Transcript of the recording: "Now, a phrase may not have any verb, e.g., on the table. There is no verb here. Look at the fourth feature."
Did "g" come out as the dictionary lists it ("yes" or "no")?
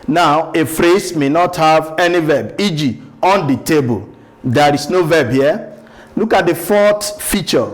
yes